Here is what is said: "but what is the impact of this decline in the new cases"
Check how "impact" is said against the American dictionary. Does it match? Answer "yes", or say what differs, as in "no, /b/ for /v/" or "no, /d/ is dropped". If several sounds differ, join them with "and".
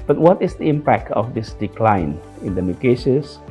yes